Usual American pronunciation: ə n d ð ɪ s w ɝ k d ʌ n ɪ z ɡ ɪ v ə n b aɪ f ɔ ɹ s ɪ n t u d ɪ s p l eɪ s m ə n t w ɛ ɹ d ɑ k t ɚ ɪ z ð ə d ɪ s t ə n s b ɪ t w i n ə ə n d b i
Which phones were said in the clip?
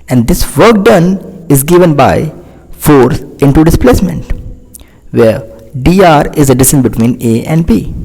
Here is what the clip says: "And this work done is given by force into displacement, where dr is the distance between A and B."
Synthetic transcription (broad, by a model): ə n d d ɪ s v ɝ k d ʌ n ɪ z ɡ ɪ v ə n b aɪ f ɔ ɹ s ɪ n t u d ɪ s p l eɪ s m ə n t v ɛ ɹ d ɑ t ɪ z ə d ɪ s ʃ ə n b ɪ t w i n ə ə n d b i